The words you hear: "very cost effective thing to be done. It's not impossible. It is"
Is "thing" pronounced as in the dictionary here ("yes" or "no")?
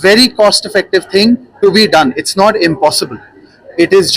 no